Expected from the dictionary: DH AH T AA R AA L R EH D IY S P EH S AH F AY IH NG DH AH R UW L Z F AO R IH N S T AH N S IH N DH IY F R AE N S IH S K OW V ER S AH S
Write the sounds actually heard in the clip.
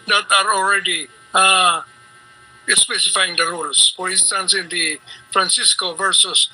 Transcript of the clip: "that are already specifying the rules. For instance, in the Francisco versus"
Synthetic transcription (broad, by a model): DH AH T AA R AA L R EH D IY S P EH S AH F AY IH NG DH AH R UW L S F AO R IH N S T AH N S IH N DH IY F R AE N S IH S K OW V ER S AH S